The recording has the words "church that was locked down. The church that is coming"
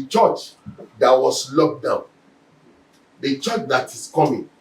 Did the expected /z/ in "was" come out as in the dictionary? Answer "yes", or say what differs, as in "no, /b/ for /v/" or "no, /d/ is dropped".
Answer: no, /s/ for /z/